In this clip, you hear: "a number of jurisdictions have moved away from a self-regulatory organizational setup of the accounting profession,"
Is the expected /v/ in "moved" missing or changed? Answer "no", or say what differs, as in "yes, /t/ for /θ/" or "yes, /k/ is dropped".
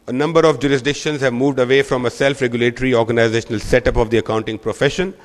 no